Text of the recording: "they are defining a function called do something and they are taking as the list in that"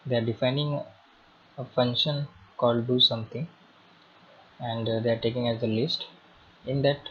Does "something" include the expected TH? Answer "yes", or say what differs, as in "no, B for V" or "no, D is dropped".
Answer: no, T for TH